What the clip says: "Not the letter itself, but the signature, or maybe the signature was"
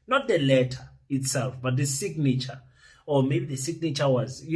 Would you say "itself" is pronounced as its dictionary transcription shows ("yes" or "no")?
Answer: yes